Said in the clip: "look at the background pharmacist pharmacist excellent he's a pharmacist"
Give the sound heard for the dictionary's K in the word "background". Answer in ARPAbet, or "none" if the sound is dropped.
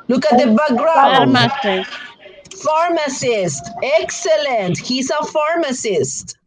none